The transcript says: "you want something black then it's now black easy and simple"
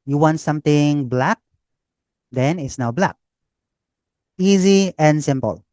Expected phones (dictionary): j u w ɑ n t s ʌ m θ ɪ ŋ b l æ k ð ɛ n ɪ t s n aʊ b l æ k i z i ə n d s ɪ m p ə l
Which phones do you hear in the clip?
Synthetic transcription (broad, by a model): j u w ɑ n t s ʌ m t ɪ ŋ b l æ k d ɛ n ɪ t s n aʊ b l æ k i z i ə n d s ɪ m p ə l